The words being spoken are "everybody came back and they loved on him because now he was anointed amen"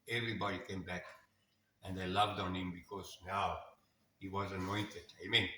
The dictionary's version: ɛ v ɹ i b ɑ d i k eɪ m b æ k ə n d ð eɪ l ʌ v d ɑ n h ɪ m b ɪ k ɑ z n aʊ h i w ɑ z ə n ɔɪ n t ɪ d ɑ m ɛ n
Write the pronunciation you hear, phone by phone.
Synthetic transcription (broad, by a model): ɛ v ɹ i b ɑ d i k eɪ m b æ k ə n d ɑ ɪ l ʌ v d ɑ n h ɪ m b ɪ k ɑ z n aʊ h i w ɑ z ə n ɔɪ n t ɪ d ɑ m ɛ n